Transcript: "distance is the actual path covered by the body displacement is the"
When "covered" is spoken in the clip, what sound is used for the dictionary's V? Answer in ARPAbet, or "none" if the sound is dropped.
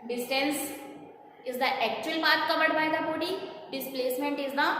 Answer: B